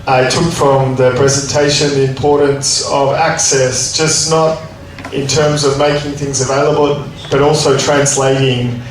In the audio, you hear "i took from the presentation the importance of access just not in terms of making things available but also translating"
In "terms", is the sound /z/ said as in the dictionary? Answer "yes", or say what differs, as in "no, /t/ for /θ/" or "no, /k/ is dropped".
yes